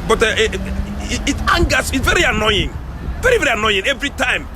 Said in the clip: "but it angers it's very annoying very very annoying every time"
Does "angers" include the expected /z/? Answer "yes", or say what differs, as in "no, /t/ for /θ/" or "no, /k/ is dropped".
no, /s/ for /z/